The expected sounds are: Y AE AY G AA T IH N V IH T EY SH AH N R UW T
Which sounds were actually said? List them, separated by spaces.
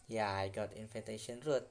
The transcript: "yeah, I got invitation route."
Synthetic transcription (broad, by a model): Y AY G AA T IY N F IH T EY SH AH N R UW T